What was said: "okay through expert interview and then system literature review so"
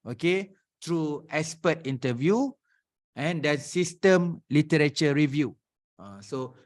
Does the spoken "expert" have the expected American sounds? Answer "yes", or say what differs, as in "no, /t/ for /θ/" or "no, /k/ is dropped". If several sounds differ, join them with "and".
no, /k/ is dropped